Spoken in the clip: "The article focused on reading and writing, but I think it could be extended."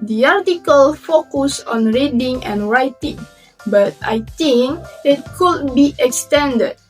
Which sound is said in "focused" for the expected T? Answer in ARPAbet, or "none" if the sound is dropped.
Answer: none